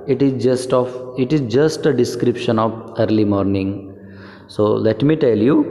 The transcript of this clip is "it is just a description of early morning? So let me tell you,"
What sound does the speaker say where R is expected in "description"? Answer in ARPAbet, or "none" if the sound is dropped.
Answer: R